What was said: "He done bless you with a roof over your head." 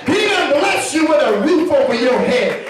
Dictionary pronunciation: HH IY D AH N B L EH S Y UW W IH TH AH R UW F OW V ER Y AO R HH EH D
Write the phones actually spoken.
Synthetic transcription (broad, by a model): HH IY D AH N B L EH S Y UW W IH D AH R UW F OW W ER Y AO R HH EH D